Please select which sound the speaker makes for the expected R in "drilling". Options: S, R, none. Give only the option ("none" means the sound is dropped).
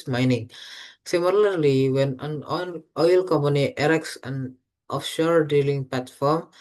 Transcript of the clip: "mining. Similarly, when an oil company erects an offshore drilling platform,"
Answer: none